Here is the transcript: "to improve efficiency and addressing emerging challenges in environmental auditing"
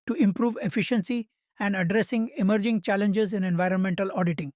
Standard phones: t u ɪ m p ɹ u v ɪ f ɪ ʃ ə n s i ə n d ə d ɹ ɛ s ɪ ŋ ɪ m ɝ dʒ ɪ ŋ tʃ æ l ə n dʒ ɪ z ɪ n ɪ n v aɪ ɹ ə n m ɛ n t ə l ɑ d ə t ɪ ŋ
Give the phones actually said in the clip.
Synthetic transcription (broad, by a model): t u ɪ m p ɹ u v ɪ f ɪ ʃ ə n s i ə n d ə d ɹ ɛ s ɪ ŋ ɪ m ɝ dʒ ɪ ŋ tʃ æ l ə n dʒ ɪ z ɪ n ɪ n v aɪ ɹ ə n m ɛ n t ə l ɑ d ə t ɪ ŋ